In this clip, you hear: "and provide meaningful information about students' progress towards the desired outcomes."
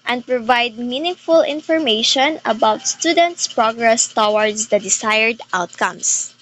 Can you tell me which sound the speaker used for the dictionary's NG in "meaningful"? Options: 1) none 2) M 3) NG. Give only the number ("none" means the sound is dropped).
3